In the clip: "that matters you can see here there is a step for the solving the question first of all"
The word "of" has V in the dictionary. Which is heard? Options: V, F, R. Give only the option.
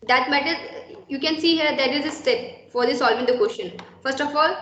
F